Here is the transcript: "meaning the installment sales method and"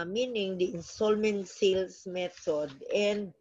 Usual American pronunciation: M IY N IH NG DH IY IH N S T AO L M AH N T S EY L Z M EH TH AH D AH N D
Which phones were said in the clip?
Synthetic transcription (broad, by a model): M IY N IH NG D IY IH N S T AO L M AH N T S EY L S M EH T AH D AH N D